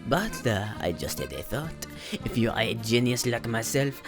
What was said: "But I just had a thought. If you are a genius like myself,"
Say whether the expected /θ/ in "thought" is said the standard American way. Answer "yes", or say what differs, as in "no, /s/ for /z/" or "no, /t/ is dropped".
yes